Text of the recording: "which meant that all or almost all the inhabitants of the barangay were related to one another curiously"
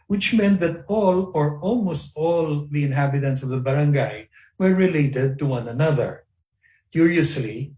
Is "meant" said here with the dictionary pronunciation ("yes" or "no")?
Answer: yes